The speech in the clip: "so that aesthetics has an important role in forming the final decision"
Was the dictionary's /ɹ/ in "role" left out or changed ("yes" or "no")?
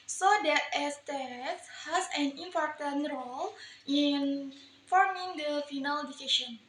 no